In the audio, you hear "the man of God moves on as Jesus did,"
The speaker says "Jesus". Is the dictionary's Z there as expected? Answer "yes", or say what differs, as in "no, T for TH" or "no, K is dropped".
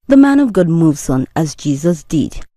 yes